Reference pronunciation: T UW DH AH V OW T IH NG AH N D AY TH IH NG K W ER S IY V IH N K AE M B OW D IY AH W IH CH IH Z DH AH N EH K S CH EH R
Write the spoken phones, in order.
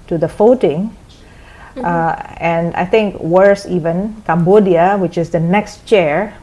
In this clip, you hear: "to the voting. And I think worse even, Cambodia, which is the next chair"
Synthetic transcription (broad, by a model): T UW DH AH F OW T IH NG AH N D AY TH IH NG K W ER S IY V IH N K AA M B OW D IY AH W IH CH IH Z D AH N EH K S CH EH R